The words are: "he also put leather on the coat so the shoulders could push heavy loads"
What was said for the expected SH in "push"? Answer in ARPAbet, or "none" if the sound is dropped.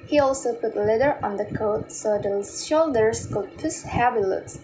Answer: S